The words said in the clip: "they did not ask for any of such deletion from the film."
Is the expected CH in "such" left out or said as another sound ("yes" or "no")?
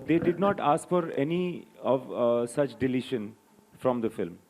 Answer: no